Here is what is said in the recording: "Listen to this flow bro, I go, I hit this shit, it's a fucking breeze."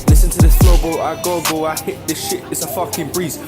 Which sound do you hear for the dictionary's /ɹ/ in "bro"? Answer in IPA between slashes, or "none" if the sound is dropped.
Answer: /l/